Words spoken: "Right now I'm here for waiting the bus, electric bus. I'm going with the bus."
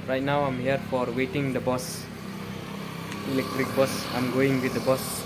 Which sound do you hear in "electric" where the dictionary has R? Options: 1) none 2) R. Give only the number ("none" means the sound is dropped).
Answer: 2